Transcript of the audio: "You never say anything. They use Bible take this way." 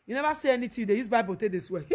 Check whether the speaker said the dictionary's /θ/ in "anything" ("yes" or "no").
no